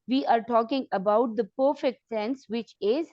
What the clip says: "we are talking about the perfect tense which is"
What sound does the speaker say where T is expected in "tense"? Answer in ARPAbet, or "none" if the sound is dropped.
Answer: S